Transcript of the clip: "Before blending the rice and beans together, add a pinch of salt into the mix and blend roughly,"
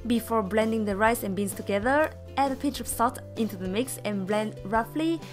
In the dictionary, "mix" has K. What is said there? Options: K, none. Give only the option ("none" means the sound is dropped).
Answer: K